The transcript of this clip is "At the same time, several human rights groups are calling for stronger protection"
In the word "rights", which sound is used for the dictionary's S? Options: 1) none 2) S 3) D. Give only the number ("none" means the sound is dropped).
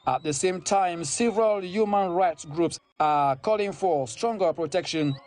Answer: 2